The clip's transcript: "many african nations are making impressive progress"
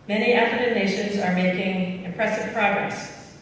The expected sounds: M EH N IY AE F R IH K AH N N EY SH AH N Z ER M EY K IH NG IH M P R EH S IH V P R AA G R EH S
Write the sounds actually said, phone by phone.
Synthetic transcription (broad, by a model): M EH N IY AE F IH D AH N N EY SH AH N Z ER M EY K IH NG IH M P R EH S IH V P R AA G R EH S